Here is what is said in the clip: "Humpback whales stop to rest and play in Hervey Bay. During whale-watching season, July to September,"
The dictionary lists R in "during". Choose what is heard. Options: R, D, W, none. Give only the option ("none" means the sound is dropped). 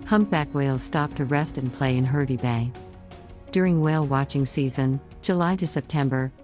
R